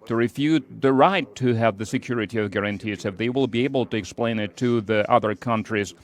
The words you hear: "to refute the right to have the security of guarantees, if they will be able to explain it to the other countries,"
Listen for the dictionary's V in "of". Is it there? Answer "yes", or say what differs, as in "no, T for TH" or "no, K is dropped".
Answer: yes